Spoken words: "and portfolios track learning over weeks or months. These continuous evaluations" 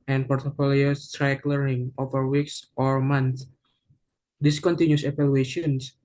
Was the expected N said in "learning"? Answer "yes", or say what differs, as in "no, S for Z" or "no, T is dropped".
no, N is dropped